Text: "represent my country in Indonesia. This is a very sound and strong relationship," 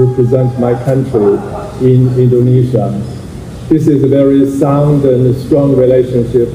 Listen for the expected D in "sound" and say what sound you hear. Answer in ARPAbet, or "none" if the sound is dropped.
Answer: D